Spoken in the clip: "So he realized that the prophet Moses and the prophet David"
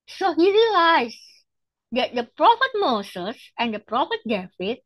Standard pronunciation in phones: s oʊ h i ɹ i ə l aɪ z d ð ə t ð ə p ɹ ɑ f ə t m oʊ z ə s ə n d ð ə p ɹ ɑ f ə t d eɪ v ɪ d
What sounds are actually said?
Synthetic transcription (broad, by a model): s oʊ h i ɹ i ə l aɪ s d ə t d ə p ɹ ɑ f ə t m oʊ s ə s ə n d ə p ɹ ɑ f ə t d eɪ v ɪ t